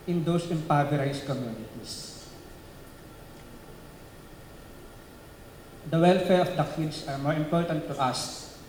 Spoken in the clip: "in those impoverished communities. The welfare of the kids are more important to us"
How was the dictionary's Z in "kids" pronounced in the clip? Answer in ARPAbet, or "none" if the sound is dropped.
S